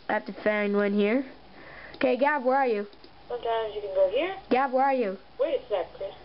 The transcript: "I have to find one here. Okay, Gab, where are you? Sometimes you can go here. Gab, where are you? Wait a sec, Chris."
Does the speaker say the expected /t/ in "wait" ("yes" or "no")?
no